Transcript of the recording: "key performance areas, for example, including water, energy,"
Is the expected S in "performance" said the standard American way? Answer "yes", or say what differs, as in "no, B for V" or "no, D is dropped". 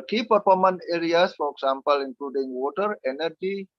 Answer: no, S is dropped